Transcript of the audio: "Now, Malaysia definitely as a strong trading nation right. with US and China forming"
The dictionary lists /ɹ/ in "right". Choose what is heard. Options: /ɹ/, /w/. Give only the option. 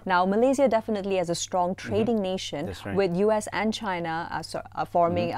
/w/